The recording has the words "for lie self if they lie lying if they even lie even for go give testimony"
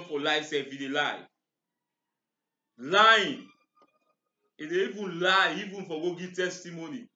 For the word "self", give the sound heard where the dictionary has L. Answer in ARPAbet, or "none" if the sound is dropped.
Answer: none